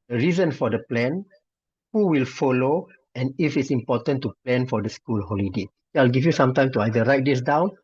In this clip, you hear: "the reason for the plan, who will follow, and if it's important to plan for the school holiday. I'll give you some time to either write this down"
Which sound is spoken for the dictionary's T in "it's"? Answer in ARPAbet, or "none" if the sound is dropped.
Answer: T